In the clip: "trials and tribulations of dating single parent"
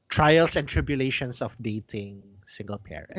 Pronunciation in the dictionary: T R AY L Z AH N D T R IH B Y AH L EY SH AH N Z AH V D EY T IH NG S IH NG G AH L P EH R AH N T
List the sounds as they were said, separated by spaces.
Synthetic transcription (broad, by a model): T R AY L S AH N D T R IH B Y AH L EY SH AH N S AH F D EY T IH NG S IH NG G AH L P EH R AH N